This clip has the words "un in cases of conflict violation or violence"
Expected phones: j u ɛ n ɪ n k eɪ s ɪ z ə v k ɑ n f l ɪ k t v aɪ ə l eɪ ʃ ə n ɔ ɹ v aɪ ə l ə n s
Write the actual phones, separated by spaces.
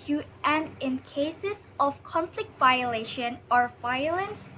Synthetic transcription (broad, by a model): j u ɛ n ɪ n k eɪ s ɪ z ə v k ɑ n f l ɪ k t v aɪ ə l eɪ ʃ ə n ɔ ɹ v aɪ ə l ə n s